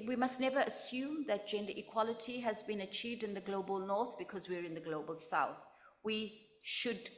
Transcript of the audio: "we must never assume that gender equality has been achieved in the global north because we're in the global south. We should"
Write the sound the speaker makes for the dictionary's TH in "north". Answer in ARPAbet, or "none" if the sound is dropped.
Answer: TH